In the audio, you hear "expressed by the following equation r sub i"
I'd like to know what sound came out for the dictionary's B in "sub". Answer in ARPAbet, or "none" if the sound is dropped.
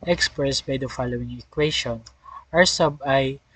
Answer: B